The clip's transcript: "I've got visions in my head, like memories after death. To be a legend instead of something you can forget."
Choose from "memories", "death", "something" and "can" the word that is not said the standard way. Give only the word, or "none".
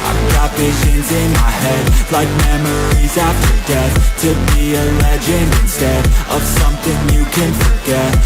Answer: none